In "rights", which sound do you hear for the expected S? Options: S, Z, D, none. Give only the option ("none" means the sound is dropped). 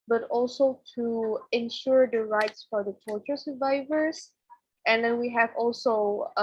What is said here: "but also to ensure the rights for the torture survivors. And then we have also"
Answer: S